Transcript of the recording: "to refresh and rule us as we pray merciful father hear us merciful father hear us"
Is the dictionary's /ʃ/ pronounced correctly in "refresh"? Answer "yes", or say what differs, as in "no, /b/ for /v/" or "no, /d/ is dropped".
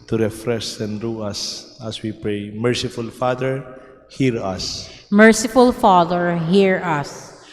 no, /s/ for /ʃ/